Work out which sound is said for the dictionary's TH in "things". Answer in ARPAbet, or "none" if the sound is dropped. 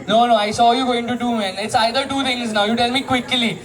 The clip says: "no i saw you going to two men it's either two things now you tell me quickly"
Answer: T